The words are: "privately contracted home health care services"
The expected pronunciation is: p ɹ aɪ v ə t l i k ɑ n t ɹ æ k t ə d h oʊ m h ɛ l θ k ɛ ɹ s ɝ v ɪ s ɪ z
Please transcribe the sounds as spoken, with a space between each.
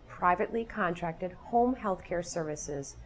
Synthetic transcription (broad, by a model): p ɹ aɪ v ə t l i k ɑ n t ɹ æ k t ə d h oʊ m h ɛ l θ k ɛ ɹ s ɝ v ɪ s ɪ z